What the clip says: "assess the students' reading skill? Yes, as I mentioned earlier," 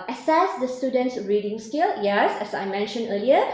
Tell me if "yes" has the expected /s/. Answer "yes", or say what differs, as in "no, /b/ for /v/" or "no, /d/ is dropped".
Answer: yes